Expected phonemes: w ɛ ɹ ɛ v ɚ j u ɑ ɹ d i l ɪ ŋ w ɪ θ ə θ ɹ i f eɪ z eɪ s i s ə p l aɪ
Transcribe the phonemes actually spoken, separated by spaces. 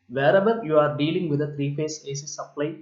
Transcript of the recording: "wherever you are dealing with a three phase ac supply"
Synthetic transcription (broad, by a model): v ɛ ɹ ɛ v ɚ j u ɑ ɹ d i l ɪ ŋ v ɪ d ə t ɹ i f eɪ s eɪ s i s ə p l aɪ